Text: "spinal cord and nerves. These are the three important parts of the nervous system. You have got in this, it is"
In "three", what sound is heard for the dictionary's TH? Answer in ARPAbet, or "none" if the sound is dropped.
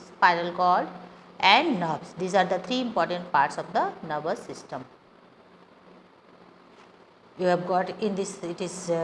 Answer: T